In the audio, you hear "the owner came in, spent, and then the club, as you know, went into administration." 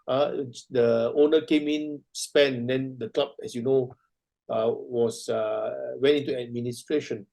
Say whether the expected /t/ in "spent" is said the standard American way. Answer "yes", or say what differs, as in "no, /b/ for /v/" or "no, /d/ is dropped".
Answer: no, /t/ is dropped